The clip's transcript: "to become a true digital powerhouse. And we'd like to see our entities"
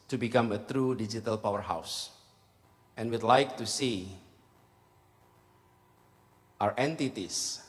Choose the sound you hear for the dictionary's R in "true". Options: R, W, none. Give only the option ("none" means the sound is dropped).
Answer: R